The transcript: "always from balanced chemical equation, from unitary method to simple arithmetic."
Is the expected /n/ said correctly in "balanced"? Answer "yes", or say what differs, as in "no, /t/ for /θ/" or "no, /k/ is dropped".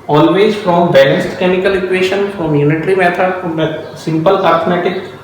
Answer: no, /n/ is dropped